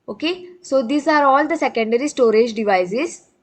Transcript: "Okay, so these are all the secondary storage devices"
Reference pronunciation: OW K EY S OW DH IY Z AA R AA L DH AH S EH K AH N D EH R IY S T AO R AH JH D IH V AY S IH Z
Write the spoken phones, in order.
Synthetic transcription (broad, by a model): OW K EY S OW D IY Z AA R AA L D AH S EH K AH N D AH R IY S T AO R AH JH D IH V AY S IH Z